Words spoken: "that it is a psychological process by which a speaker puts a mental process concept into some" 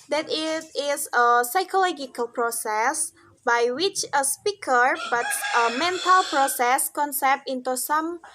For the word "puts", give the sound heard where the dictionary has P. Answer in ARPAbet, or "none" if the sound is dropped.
B